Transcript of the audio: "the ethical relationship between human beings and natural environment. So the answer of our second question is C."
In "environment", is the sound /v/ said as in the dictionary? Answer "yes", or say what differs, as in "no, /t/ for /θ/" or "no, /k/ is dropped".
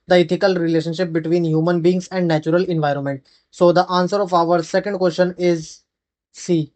yes